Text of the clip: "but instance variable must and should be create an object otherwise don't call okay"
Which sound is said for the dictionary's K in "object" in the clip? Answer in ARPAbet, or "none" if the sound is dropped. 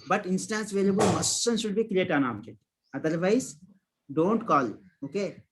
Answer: none